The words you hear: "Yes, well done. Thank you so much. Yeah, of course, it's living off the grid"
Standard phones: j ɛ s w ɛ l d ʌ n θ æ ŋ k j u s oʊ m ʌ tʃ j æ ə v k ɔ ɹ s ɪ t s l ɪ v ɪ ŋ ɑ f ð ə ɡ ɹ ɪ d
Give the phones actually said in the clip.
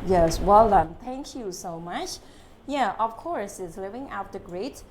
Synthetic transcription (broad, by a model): j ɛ s w ɛ l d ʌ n t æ ŋ k j u s oʊ m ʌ tʃ j æ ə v k ɔ ɹ s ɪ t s l ɪ v ɪ ŋ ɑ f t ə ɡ ɹ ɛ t